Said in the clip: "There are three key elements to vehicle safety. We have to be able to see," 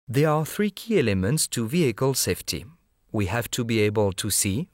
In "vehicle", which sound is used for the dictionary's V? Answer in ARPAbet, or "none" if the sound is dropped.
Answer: V